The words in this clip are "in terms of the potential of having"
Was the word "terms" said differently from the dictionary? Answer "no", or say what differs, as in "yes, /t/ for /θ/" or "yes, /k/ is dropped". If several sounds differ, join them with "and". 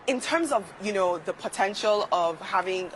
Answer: no